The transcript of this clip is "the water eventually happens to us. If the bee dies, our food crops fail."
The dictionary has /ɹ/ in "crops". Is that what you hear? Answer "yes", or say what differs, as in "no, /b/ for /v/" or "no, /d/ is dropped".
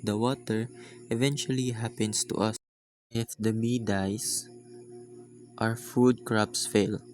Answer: yes